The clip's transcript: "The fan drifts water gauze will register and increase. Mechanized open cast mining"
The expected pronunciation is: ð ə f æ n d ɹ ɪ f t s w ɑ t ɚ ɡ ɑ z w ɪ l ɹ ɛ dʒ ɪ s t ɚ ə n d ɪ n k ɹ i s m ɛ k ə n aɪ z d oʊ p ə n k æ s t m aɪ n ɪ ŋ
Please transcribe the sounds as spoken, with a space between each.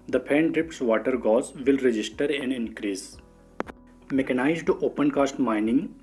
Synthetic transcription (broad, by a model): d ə p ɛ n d ɹ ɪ p t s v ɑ t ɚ ɡ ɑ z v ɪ l ɹ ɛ dʒ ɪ s t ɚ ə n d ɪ n k ɹ i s m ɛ k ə n aɪ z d oʊ p ə n k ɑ s t m aɪ n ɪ ŋ